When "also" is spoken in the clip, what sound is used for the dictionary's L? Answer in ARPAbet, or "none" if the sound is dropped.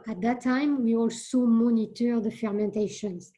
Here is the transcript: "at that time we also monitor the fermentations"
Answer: L